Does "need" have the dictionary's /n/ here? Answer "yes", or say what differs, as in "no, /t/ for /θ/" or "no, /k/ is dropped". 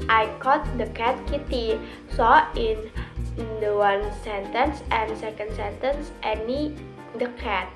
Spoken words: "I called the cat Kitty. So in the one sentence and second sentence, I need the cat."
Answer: yes